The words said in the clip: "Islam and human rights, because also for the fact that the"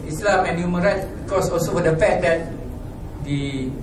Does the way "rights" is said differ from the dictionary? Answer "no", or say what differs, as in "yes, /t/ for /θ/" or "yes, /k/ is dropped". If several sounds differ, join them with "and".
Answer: yes, /s/ is dropped